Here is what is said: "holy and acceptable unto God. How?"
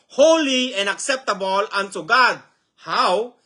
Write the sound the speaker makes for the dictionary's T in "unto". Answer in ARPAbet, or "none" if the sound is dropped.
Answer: S